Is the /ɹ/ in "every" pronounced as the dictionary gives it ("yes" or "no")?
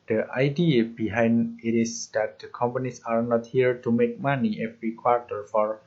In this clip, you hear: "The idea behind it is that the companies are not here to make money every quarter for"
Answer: yes